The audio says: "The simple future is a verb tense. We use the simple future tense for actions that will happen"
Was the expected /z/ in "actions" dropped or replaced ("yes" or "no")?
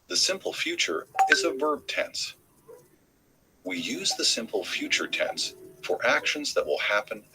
no